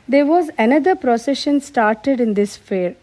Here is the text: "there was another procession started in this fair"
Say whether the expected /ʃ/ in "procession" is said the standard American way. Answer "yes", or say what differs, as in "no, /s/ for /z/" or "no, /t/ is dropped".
yes